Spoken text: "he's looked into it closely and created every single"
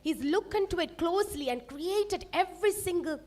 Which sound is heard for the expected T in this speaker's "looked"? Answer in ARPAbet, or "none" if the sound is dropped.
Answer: none